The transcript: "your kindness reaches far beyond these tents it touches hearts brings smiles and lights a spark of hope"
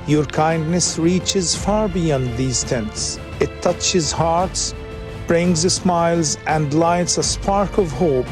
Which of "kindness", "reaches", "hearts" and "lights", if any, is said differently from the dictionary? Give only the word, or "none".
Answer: none